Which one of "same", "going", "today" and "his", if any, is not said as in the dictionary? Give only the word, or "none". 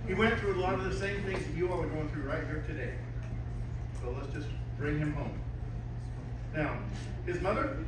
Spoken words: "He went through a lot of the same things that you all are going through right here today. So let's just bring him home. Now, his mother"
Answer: none